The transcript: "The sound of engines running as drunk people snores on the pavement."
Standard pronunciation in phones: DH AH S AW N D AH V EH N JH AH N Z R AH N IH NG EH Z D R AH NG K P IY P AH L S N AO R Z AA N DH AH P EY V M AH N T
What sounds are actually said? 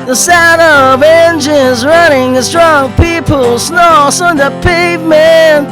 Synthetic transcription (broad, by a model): DH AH S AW D AH V EH N JH AH N Z R AH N IH NG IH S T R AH NG P IY P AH L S N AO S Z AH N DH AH P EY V M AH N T